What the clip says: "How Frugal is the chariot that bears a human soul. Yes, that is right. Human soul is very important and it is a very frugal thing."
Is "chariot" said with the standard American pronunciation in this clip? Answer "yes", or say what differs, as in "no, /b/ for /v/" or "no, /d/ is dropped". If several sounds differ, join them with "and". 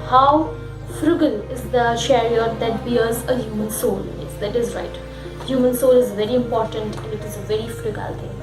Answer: no, /ʃ/ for /tʃ/